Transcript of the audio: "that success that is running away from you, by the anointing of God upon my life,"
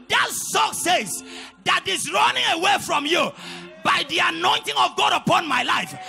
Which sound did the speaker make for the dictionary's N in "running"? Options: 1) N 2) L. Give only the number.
1